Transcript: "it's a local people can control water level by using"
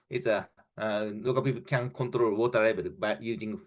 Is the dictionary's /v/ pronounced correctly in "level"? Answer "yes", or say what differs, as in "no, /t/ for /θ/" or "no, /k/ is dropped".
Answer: no, /b/ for /v/